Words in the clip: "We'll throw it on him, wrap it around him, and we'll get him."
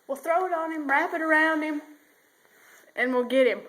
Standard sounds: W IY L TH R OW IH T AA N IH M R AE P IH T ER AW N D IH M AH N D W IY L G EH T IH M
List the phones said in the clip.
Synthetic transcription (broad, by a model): W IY L TH R OW IH T N IH M R AE P IH T ER AW N D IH M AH N W IY L G EH T IH M